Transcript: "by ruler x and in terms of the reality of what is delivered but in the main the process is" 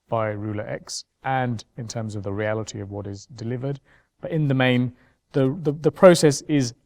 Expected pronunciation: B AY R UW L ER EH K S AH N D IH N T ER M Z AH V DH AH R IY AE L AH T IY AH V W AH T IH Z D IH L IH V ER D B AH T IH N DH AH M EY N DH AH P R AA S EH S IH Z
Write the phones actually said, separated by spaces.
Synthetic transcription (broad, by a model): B AY R UW L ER EH K S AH N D IH N T ER M Z AH V DH AH R IY AE L AH T IY AH V W AH T IH Z D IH L IH V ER D B AH T IH N DH AH M EY N DH AH P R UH S EH S IH Z